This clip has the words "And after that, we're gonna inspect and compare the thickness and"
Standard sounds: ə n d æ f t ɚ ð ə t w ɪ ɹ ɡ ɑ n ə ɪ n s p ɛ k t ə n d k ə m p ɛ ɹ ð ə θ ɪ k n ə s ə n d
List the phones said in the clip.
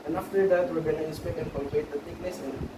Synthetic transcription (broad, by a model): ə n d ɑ f t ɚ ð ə t w ɪ ɹ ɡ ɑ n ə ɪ n s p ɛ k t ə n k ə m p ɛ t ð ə t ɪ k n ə s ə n